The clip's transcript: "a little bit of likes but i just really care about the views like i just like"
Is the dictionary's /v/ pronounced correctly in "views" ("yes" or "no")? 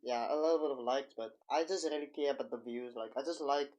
yes